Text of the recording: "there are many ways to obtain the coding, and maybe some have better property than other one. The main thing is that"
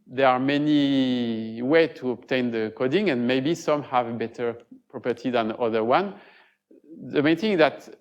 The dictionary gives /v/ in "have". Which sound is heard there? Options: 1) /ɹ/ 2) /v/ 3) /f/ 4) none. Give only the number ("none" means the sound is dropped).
2